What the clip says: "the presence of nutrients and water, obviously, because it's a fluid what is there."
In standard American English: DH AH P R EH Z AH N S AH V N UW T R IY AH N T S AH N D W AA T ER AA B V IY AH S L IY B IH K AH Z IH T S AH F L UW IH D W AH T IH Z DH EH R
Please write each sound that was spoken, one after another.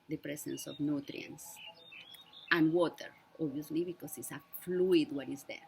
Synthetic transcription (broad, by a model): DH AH P R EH S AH N S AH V N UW T R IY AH N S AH N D W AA T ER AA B IY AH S L IY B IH K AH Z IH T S AH F L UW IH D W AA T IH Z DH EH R